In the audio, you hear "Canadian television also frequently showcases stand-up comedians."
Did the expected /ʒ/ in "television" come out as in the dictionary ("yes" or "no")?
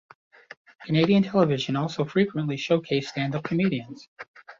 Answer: yes